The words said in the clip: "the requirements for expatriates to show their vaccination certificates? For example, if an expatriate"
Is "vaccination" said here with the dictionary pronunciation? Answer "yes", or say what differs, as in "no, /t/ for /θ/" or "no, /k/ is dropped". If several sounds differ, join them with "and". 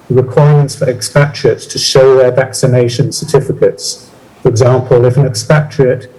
yes